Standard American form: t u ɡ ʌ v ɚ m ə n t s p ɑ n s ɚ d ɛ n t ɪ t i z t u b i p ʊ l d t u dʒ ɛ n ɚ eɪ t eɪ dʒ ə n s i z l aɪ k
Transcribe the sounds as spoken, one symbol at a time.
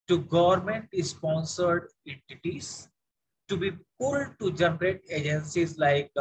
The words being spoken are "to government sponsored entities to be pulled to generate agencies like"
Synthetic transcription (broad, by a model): t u ɡ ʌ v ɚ m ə n t s p ɑ n s ɚ d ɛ n t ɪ t i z t u b i p ʊ l d t u dʒ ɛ n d eɪ t eɪ dʒ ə n s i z l aɪ k